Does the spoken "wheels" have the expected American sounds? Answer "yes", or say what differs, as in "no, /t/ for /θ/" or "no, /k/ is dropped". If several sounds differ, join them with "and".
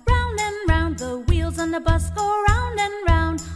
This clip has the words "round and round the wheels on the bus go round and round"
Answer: yes